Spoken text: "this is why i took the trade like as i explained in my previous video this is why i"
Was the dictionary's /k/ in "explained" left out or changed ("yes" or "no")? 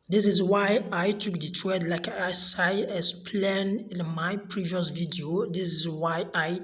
yes